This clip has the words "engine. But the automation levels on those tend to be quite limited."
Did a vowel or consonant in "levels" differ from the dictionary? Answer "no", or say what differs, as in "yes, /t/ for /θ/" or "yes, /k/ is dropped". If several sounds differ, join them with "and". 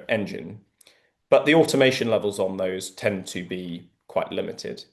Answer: no